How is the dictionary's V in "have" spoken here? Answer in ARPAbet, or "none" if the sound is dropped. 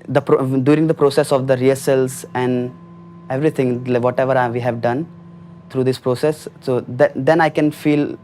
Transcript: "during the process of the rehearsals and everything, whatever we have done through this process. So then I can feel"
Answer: V